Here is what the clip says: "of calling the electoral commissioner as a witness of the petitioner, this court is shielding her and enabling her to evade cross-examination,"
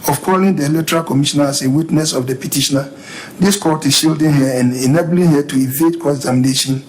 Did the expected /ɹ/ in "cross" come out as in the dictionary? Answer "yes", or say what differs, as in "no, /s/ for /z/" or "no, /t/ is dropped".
no, /ɹ/ is dropped